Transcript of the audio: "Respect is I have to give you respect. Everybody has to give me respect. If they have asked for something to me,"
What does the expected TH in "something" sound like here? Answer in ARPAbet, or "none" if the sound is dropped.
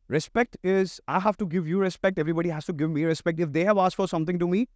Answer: T